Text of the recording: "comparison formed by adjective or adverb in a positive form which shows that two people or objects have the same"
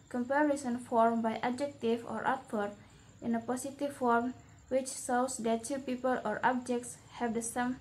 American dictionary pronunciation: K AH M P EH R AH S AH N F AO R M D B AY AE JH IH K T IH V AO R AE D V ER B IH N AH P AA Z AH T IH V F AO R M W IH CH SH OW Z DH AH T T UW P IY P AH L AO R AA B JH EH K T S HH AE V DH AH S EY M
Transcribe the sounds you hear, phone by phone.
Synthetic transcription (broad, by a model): K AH M P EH R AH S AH N F AO R M B AY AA JH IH K T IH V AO R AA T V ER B IH N AH P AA S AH T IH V F AO R M W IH CH S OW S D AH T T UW P IY P AH L AO R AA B JH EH K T S HH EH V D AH S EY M